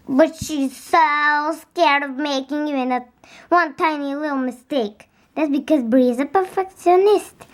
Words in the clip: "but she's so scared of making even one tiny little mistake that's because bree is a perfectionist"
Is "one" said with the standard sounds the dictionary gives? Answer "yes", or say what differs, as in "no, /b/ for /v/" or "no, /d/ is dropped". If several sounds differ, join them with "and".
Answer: yes